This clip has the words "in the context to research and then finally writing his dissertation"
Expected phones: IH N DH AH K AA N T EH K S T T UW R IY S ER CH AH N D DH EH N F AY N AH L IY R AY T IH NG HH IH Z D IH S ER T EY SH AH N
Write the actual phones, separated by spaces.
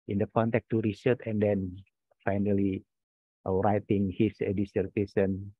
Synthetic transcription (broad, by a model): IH N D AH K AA N T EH K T T UW R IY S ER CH AH N D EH N F AY N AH L IY R AY T IH NG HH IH S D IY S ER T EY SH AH N